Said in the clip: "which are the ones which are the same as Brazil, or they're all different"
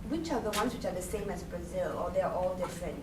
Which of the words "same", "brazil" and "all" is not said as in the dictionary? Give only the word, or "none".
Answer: none